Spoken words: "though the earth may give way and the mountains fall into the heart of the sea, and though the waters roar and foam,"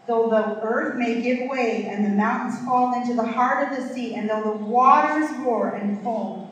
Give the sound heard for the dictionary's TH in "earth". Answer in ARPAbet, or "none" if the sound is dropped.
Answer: TH